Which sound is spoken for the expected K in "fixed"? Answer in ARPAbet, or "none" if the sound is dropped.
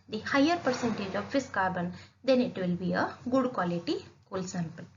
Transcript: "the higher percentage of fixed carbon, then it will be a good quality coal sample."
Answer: none